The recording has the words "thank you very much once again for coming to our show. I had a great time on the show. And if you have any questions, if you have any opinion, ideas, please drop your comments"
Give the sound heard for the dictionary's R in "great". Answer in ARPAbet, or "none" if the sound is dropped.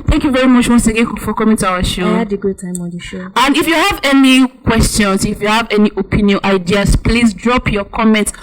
none